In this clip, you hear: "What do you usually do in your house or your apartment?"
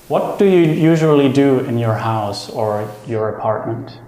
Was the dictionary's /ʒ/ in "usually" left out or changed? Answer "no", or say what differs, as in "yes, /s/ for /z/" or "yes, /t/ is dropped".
no